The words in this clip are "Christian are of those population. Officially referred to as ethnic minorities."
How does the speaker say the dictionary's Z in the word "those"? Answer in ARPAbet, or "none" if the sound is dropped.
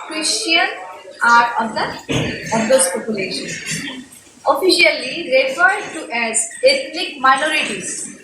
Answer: S